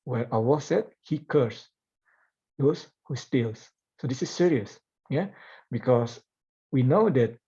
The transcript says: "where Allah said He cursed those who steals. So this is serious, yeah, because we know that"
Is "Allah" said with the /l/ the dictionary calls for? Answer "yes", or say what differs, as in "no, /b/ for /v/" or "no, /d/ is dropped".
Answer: no, /w/ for /l/